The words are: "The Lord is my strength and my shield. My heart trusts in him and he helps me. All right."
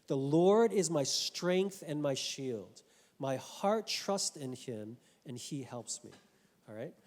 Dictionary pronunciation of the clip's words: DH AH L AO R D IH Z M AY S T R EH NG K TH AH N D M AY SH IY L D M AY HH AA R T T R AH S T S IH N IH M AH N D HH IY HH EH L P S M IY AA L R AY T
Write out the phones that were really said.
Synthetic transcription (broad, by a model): DH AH L AO R D IH Z M AY S T R EH NG K TH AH N M AY SH IY L D M AY HH AA R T T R AH S T IH N IH M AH N IY HH EH L P S M IY AA L R AY T